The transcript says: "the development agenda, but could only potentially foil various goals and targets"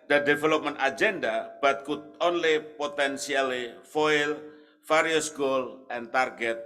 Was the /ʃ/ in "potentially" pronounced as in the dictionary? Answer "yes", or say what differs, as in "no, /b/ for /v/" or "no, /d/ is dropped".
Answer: no, /s/ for /ʃ/